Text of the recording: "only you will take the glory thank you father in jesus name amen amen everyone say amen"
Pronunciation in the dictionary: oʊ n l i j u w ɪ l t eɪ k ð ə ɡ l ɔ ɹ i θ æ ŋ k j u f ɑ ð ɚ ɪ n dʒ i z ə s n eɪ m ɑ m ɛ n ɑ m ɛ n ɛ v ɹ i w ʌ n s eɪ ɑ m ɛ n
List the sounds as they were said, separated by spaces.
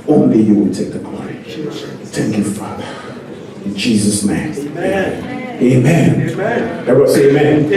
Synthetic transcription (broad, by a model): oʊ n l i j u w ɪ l t eɪ k ð ə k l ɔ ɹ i θ æ ŋ k j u f ɑ ð ɚ ɪ n dʒ i z ə s n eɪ ɑ m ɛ ɑ m ɛ n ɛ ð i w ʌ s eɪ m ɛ n